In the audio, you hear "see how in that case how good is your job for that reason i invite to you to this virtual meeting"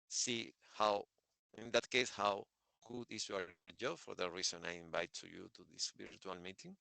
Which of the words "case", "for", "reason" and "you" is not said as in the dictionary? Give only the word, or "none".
reason